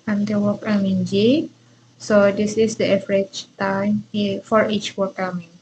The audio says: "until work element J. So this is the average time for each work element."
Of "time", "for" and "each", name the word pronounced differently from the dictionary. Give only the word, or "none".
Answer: none